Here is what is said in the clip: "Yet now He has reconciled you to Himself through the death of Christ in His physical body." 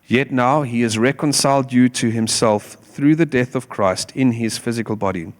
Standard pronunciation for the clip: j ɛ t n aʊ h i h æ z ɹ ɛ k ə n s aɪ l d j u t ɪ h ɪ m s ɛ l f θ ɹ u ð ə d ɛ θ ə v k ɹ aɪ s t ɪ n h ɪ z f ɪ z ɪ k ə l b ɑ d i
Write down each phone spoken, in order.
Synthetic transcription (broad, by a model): j ɛ t n aʊ h i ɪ z ɹ ɛ k ə n s aɪ l d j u t ɪ h ɪ m s ɛ l f θ ɹ u ð ə d ɛ θ ə v k ɹ aɪ s t ɪ n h ɪ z f ɪ z ɪ k ə l b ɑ d i